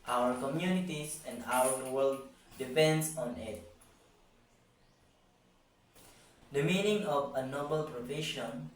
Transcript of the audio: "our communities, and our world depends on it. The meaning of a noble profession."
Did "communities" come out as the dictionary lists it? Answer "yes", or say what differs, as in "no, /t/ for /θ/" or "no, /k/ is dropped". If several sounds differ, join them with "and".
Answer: no, /s/ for /z/